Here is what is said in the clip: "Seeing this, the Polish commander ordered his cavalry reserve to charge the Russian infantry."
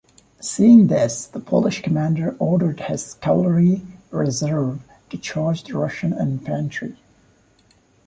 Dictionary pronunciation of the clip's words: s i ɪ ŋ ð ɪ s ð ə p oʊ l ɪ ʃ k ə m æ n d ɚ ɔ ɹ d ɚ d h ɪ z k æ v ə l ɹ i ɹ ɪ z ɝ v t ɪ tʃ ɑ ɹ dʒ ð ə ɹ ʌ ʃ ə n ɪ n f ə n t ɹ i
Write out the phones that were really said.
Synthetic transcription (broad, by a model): s i ɪ ŋ ð ɪ s ð ə p oʊ l ɪ ʃ k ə m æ n d ɚ ɔ ɹ d ɚ d h ɪ z k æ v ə ɹ i ɹ ɪ z ɝ v t ɪ tʃ ɑ ɹ dʒ ð ə ɹ ʌ ʃ ə n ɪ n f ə n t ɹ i